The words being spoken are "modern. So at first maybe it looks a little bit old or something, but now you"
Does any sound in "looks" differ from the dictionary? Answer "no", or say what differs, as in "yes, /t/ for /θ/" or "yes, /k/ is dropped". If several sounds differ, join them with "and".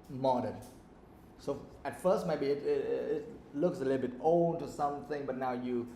no